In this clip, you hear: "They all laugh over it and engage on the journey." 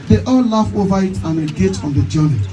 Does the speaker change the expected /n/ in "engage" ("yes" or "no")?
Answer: yes